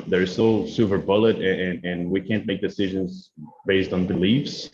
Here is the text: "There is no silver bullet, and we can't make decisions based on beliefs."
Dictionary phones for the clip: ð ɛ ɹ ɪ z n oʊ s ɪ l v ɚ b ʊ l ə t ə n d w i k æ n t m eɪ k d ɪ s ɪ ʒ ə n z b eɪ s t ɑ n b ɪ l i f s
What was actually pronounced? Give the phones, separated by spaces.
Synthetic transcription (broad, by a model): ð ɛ ɹ ɪ z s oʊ s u v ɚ b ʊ l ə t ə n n w i k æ n m eɪ k d ɪ s ɪ ʒ ə n z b eɪ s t n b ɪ l i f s